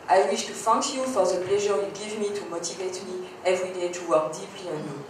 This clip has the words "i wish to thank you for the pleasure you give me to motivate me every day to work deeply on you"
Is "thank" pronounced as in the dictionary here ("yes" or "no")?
no